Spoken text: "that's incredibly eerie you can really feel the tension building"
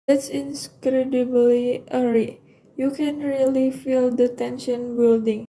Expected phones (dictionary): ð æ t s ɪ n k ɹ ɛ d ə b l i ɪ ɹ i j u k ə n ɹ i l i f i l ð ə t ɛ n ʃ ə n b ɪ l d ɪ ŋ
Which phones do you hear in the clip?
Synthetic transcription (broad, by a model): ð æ t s ɪ n k ɹ ɛ d ə b l i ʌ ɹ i j u k ə n ɹ i l i f i l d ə t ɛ n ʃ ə n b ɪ l d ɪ ŋ